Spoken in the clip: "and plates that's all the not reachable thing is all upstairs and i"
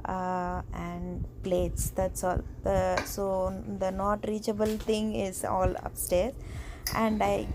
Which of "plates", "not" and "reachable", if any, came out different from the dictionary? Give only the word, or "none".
none